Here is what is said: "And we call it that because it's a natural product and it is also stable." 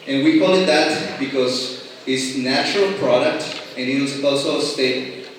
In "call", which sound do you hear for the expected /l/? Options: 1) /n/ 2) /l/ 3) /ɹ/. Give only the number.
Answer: 1